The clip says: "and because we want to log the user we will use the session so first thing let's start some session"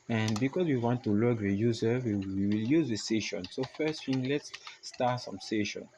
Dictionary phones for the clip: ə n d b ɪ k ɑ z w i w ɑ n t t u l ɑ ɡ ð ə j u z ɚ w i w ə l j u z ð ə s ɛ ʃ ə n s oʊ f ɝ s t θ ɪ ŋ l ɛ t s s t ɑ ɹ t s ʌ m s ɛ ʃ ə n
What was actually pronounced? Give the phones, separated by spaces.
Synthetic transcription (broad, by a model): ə n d b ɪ k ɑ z w i w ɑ n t t u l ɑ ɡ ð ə j u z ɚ w i w ə l j u z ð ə s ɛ ʃ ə n s oʊ f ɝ s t f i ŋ l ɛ t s s t ɑ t s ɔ m s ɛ ʃ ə n